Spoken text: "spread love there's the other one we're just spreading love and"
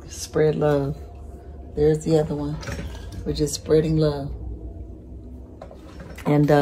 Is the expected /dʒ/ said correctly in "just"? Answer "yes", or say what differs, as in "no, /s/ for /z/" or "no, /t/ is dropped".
no, /tʃ/ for /dʒ/